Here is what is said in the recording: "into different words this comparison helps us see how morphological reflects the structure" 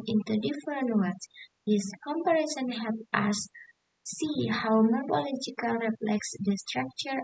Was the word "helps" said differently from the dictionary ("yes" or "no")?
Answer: yes